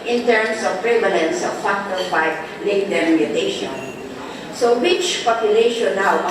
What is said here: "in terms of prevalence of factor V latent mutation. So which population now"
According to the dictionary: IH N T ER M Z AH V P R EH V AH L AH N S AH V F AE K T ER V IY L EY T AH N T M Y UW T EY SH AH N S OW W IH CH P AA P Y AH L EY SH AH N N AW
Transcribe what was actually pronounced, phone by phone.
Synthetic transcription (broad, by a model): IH N T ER M S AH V P R EH V AH L AH N S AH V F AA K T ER F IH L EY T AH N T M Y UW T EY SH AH N S OW W IH CH P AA P Y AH L EY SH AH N N AW